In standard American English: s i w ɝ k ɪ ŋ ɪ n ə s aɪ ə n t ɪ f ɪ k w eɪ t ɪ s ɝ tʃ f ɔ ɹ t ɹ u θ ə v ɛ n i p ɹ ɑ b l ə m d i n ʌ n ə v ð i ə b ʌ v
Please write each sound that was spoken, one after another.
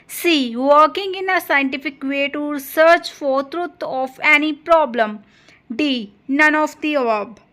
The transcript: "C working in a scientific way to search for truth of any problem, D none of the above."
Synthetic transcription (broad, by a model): s i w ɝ k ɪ ŋ ɪ n ə s aɪ ə n t ɪ f ɪ k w eɪ t ɪ s ɝ tʃ f ɔ ɹ t ɹ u t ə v ɛ n i p ɹ ɑ b l ə m d i n ʌ n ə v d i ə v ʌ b